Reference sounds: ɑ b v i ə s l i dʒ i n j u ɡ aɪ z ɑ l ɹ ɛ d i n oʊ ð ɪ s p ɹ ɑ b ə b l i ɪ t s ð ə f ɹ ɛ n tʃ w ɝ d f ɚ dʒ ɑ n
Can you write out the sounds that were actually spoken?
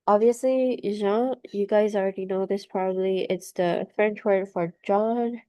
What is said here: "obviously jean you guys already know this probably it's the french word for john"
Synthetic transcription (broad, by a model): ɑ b v i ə s l i ʒ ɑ j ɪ ɡ aɪ z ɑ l ɹ ɛ d i n oʊ ð ɪ s p ɹ ɑ b ə b l i ɪ t s ð ə f ɹ ɛ n tʃ w ɝ d f ɚ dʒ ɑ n